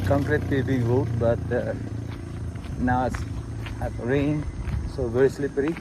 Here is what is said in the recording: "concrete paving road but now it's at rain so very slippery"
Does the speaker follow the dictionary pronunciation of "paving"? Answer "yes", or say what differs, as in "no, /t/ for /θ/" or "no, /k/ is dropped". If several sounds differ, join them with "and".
no, /b/ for /v/